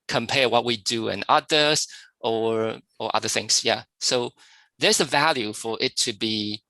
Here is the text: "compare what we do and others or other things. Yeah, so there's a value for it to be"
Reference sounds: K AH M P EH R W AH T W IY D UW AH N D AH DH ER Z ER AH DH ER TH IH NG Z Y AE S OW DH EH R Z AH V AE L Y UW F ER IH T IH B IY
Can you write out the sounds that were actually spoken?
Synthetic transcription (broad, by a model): K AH M P EH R W AH T W IY D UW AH N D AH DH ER ER AH DH ER TH IH NG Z Y AE S OW DH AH R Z AH V AE L Y UW F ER IH T IH B IY